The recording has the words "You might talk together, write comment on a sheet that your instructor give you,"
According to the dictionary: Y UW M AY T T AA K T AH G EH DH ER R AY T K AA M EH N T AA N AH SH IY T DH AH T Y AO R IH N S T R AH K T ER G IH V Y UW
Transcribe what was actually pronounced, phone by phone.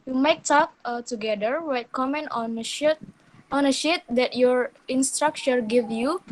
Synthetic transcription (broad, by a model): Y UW M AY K T AA K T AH G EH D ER W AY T K AA M EH N T AA N AH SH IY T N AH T Y AO R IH N S T R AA K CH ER G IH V Y UW